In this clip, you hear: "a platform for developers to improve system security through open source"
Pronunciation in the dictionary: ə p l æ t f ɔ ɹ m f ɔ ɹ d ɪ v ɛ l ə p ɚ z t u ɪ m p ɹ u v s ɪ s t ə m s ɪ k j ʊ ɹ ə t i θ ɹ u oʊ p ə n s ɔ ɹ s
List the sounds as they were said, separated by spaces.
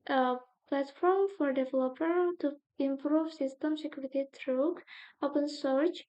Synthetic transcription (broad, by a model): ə p l æ t f ɔ ɹ m f ɔ ɹ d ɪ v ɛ l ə p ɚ t u ɪ m p ɹ u v s ɪ s t ə m s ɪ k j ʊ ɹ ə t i t ɹ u oʊ p ə n s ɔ ɹ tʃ